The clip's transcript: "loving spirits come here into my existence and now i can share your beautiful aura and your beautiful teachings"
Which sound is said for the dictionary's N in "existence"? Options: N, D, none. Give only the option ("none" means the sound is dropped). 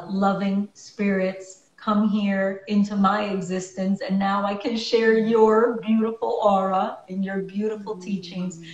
N